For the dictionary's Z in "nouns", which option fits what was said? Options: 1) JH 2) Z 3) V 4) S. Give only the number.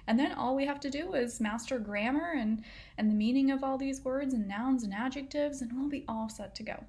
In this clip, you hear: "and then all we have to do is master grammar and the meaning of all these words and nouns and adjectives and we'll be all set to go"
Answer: 2